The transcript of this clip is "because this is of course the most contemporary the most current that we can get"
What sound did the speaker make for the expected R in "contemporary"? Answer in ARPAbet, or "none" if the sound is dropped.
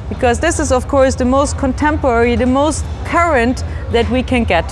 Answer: R